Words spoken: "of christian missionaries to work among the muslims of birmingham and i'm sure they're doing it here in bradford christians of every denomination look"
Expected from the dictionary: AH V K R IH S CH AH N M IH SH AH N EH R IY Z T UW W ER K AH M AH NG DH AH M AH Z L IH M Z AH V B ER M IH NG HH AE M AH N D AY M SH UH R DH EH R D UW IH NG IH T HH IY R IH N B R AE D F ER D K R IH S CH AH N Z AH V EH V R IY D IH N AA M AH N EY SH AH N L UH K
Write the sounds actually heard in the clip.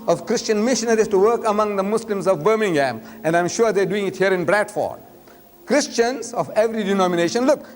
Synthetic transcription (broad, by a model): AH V K R IH S CH AH N M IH SH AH N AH R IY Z T UW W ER K AH M AH NG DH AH M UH S L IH M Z AH V B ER M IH NG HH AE M AH N D AY M SH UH R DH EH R D UW IH NG IH T HH IY R IH N B R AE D F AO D K R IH S CH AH N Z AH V EH V R IY D IH N AA M AH N EY SH AH N L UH K